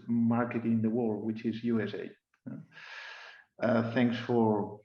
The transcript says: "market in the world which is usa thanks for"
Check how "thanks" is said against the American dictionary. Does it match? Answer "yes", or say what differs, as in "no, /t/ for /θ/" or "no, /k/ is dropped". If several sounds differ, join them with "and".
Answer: yes